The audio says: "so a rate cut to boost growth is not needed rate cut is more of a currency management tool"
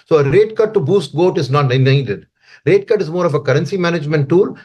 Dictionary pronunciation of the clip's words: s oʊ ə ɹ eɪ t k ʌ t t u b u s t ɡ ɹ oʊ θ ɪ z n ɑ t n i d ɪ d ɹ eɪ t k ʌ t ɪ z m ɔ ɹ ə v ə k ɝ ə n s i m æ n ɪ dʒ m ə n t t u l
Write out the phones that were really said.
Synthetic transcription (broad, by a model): s oʊ ə ɹ eɪ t k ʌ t t u b u s t ɡ oʊ t ɪ z n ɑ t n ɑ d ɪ d ɹ eɪ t k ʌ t ɪ z m ɔ ɹ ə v ə k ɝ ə n s i m æ n ɪ dʒ m ə n t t u l